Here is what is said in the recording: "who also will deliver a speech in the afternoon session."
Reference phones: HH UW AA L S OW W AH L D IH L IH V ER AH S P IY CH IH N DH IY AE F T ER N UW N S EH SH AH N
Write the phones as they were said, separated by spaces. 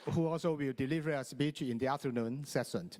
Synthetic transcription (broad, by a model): HH UW AA L S OW W AH L D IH L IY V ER AH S B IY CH IH N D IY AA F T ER N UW N S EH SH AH N